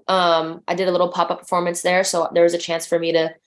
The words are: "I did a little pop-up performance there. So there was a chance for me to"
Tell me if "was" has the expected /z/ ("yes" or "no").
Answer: yes